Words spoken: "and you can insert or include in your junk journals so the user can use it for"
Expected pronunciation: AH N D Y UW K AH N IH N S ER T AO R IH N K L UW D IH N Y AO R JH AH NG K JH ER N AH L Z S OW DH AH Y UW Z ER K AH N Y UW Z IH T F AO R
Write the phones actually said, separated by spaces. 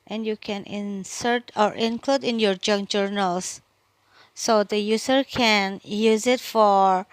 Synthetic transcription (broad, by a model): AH N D Y UW K AH N IH N S ER T AO R IH N K L UW D IH N Y AO R JH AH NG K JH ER N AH L S OW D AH Y UW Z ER K AH N Y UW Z IH T F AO R